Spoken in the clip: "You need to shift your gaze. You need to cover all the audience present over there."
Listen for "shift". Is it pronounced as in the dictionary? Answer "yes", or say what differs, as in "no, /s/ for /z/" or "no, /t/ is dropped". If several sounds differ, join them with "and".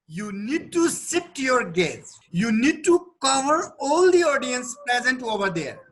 no, /s/ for /ʃ/